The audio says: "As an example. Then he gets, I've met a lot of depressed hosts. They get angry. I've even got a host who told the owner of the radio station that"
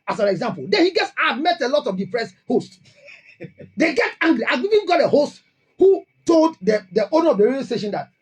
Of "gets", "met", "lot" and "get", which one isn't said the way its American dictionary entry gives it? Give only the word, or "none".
none